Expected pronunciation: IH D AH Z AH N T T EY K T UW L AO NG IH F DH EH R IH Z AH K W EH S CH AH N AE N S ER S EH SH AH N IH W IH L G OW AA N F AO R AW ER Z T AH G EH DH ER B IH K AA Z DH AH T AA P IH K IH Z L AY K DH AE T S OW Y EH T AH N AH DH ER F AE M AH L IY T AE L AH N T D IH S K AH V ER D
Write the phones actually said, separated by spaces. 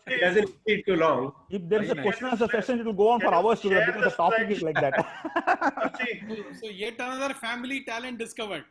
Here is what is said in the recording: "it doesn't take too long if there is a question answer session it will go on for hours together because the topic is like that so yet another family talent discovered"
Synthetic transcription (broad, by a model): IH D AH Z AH N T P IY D T UW L AO NG IH F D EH R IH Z AH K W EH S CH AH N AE S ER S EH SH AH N IH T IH L G OW AA N F AO R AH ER S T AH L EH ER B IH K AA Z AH T AA P IH K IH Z L AY K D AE T S OW Y EH T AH N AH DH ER F AE M AH L IY T AE L AH N T D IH S K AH V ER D